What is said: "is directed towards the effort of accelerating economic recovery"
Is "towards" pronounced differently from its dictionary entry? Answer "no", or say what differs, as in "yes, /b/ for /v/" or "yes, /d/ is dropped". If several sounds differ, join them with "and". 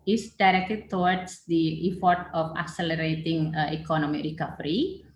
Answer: yes, /w/ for /ɹ/